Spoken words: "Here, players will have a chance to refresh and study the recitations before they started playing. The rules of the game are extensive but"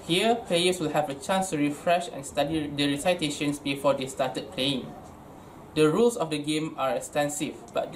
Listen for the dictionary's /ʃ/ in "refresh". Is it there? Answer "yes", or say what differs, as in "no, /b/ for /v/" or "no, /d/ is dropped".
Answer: yes